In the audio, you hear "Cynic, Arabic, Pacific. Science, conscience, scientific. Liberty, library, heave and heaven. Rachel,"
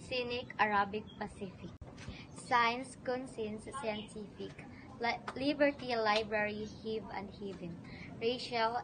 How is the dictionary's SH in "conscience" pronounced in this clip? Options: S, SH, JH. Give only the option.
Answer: S